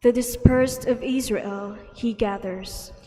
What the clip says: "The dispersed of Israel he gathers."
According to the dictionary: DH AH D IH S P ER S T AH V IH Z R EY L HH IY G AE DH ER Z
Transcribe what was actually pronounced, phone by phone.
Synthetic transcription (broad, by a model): DH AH D IH S P ER S T AH V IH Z R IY L HH IY G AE DH ER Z